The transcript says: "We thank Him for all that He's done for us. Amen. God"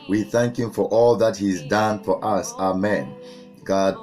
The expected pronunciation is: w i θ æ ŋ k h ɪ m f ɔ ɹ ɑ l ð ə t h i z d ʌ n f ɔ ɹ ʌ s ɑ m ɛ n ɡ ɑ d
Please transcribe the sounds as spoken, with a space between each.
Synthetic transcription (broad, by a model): w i θ æ ŋ k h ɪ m f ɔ ɹ ɑ l ð ə t h i z d ʌ n f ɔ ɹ ʌ s ɑ m ɛ n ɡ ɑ d